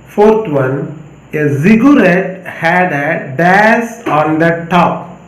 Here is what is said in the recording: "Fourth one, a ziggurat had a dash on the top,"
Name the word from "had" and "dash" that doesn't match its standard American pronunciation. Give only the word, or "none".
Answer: dash